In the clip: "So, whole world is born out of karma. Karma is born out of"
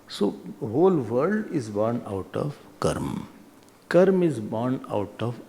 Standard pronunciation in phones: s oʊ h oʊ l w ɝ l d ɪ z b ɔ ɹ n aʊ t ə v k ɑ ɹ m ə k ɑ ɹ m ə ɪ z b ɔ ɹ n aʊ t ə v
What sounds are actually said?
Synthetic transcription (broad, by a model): s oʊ h oʊ l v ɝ d ɪ z b ɔ ɹ n aʊ t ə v k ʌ ɹ m k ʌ ɹ m ɪ z b ɔ ɹ n aʊ t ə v